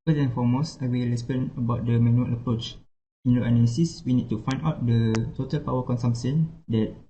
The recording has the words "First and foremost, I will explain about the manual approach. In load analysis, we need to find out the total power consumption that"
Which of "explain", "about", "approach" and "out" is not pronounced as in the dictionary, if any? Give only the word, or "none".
explain